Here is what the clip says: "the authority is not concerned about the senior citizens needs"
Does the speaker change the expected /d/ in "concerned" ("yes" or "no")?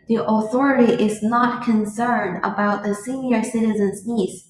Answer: no